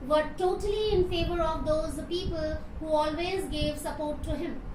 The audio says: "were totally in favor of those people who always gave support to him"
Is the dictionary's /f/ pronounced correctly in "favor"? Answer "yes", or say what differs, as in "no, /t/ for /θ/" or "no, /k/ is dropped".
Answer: yes